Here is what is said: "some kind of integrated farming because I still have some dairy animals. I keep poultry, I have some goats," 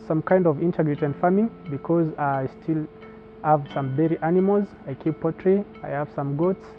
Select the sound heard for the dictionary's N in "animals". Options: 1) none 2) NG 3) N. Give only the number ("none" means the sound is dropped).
3